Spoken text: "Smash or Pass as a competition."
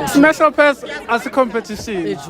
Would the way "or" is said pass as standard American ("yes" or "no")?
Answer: no